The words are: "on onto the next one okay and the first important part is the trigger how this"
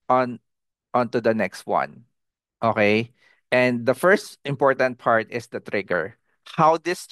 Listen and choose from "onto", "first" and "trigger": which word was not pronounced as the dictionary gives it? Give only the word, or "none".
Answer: none